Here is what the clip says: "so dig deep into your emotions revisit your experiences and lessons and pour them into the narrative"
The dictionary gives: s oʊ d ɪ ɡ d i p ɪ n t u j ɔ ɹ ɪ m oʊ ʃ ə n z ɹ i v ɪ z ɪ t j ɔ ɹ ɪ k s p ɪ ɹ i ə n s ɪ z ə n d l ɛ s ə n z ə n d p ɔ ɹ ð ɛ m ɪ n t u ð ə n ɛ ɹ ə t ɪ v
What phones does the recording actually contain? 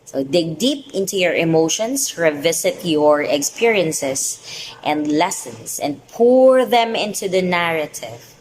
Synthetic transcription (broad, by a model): s oʊ d ɪ ɡ d i p ɪ n t u j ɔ ɹ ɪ m oʊ ʃ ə n s ɹ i v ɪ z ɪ t j ɔ ɹ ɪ k s p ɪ ɹ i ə n s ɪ s ə n d l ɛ s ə n s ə n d p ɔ ɹ ð ɛ m ɪ n t u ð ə n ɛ ɹ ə t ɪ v